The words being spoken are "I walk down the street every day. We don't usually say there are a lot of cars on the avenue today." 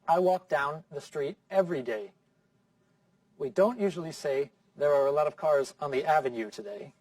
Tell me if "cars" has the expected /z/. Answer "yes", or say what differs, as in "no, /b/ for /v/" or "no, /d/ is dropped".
yes